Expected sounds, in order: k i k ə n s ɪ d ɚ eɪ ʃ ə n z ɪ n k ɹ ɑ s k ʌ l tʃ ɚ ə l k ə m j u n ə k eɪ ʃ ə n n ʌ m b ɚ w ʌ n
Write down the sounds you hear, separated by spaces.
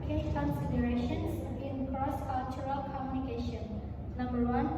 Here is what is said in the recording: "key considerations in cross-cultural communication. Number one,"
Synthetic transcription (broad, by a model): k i k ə n s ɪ d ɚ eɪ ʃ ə n s ɪ n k ɹ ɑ s k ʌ l tʃ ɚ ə l k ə m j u n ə k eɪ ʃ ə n n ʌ m b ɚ w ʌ n